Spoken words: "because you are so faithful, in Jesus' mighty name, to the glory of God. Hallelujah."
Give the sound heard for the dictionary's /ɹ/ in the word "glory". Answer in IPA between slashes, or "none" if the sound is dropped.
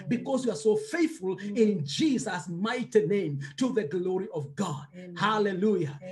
/ɹ/